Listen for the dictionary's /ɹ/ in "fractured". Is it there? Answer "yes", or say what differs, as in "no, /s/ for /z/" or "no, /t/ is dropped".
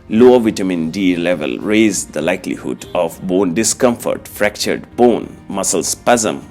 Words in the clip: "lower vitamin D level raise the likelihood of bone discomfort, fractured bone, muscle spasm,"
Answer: yes